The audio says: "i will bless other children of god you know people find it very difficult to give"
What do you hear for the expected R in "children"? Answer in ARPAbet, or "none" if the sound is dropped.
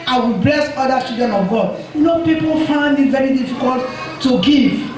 none